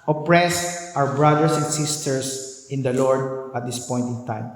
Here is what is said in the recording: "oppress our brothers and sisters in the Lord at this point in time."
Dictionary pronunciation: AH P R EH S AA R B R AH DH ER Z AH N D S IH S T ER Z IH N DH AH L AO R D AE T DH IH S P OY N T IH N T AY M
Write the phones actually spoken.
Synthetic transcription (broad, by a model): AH P R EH S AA W B R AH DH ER S AH N D S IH S T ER S IH N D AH L AO R D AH T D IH S P OY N T IH N T AY M